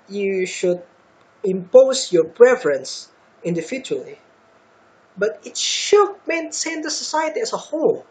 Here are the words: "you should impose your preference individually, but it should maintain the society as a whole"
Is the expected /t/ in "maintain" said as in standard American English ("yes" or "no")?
no